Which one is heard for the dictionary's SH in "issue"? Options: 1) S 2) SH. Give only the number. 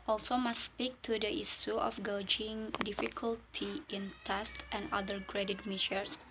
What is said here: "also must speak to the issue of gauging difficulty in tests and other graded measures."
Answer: 1